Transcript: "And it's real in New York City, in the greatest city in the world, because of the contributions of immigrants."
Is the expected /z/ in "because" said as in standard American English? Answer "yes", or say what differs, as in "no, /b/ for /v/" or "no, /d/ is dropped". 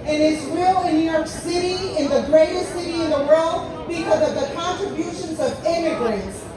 yes